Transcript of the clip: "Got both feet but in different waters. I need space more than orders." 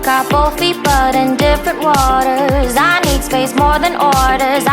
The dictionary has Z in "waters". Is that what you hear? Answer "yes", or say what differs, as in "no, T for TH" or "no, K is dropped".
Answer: yes